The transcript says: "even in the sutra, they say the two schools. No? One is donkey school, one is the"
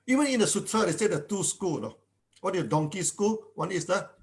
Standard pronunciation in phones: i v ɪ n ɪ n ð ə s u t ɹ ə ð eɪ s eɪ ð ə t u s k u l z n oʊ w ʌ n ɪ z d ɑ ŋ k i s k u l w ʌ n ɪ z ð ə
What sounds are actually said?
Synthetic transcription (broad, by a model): i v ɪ n ɪ n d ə s u t ɹ ə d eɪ s eɪ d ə t u s k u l n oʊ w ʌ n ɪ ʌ d ɑ ŋ k i s k u l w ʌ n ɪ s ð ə